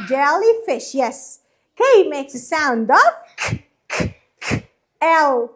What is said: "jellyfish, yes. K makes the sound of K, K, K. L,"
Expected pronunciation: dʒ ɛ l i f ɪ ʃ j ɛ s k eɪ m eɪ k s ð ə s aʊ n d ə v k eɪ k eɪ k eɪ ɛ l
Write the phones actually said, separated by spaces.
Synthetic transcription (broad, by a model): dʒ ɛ l i f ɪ ʃ j ɛ s k eɪ m eɪ k s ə s aʊ n d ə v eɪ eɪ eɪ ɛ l